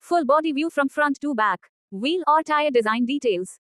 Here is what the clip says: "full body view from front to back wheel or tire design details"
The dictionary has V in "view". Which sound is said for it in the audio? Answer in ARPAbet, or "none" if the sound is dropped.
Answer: V